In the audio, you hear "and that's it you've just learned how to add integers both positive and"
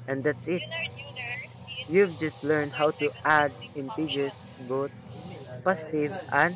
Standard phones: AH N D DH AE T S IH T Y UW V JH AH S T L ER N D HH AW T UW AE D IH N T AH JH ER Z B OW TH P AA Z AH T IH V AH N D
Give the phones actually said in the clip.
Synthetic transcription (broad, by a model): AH N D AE T S IH T Y UW V JH AH S T L ER N D HH AW T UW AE D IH N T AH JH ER S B OW T P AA S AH T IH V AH N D